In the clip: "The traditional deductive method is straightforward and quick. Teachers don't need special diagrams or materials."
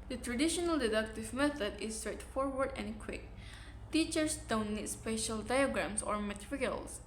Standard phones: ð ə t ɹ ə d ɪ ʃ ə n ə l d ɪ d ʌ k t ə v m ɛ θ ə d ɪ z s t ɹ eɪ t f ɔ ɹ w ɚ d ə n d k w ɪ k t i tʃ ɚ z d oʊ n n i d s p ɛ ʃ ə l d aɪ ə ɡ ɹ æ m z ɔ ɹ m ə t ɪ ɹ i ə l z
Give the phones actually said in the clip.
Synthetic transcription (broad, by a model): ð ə t ɹ ə d ɪ ʃ ə n ə l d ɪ d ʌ k t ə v m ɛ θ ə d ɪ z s t ɹ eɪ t f ɔ ɹ w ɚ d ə n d k w ɪ k t i tʃ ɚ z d oʊ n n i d s p ɛ ʃ ə l d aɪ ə ɡ ɹ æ m s ɔ ɹ m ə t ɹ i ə l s